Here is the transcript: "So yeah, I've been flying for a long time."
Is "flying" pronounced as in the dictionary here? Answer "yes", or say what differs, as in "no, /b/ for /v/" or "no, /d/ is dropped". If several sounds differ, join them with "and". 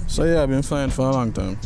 no, /l/ is dropped